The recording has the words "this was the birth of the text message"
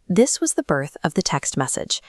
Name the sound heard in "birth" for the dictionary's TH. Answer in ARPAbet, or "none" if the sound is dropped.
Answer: TH